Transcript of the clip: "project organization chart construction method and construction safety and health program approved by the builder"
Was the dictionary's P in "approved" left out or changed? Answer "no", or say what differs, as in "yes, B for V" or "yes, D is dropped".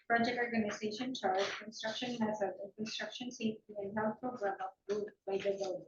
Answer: yes, F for P